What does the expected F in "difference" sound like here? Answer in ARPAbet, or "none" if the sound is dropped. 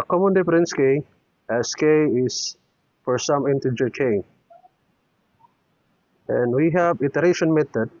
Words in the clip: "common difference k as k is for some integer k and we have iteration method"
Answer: P